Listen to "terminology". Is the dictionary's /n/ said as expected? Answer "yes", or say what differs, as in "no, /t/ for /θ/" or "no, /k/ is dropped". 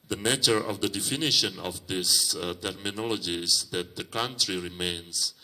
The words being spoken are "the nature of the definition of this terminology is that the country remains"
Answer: yes